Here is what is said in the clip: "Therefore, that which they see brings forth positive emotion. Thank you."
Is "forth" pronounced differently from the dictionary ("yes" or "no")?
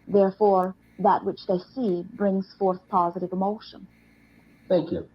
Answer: no